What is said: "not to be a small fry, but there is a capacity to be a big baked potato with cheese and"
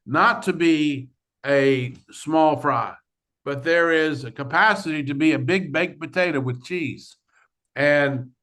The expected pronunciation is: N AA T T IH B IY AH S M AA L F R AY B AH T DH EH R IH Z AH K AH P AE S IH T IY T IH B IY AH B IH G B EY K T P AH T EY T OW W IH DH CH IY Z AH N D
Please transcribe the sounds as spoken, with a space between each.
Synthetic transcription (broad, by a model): N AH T T IH B IY AH S M AA L F R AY B AH T DH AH R IH Z AH K AH P AE S IH T IY T IH B IY AH B IH G B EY K P AH T EY T OW W IH DH CH IY Z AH N